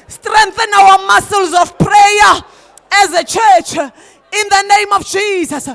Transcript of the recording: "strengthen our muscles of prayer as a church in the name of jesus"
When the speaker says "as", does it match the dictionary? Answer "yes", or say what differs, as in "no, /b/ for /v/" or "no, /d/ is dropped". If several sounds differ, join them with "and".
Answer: yes